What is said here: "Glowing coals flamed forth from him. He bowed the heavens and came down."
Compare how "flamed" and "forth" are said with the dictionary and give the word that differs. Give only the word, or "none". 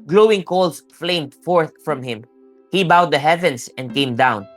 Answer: none